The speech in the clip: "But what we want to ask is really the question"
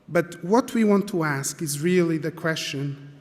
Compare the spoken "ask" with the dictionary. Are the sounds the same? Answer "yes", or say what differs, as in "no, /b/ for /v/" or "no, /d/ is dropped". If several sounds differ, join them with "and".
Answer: yes